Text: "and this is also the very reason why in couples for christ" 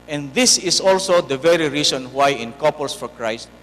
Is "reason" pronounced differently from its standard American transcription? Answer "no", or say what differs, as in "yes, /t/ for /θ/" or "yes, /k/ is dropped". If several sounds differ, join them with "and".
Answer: yes, /s/ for /z/